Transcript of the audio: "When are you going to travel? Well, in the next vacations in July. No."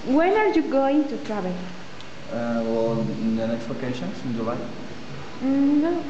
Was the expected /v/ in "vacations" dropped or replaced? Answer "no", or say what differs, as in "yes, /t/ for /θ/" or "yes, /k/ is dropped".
yes, /p/ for /v/